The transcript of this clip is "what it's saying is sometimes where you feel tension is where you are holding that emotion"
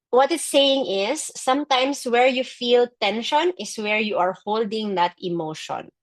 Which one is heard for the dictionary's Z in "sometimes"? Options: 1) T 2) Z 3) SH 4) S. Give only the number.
4